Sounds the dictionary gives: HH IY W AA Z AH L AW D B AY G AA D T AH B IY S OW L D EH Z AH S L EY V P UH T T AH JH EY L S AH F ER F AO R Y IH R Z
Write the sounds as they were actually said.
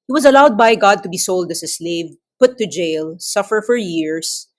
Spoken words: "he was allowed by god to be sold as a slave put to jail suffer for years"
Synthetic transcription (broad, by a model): HH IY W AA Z AH L AW D B AY G AA D T AH B IY S OW L D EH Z AH S L EY V P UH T T AH JH EY L S AH F ER F AO R Y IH R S